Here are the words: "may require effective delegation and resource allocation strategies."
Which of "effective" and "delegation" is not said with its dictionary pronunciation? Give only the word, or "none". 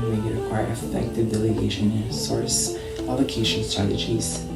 delegation